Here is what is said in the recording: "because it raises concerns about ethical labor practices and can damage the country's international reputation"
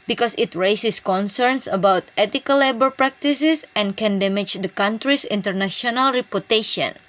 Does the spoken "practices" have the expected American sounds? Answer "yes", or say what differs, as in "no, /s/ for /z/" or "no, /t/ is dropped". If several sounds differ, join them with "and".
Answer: no, /s/ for /z/